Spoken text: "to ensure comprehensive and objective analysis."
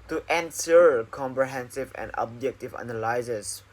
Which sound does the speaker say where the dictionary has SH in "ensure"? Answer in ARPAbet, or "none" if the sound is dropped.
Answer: S